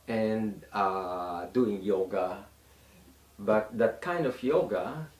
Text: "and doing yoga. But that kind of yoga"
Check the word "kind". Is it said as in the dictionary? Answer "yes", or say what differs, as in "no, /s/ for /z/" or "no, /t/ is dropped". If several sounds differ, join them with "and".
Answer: yes